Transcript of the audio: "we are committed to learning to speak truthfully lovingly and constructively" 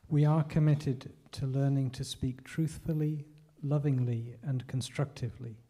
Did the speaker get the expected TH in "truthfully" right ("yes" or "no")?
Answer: yes